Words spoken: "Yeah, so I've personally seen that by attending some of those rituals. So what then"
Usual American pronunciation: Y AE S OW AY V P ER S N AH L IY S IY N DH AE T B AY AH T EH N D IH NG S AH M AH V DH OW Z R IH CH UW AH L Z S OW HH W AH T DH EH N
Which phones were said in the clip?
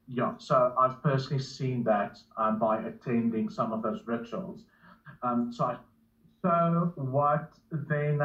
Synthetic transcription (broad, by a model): Y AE S OW AY V P ER S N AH L IY S IY N DH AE T B AY AH T EH N D IH NG S AH M AH V DH OW Z R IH CH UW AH L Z S OW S W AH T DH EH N